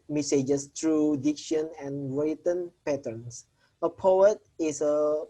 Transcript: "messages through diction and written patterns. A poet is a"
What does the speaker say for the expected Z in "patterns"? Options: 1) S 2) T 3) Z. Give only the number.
1